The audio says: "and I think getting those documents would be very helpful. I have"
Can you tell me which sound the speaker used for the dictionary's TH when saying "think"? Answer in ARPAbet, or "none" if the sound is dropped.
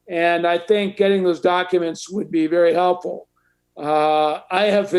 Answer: TH